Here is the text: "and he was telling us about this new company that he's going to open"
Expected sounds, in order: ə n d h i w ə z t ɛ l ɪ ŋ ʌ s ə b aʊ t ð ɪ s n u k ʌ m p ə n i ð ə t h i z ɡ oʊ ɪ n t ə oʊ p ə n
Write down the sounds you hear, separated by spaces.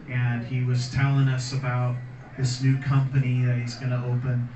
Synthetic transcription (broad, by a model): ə n i w ə z t ɛ l ɪ ŋ ʌ s ə b aʊ t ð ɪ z n u k ʌ m p ə n i ð ə t h i z ɡ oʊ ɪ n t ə oʊ p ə n